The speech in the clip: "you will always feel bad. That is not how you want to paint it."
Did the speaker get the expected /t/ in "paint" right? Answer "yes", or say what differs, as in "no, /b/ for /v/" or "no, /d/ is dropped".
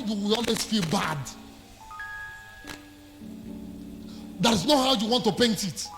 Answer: yes